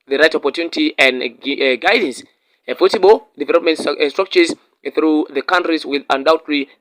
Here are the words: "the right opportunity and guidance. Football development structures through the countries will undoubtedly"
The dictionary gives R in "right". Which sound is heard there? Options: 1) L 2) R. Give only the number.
2